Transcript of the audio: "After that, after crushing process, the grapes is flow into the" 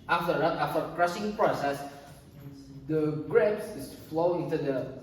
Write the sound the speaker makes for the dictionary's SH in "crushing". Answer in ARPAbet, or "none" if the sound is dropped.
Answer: S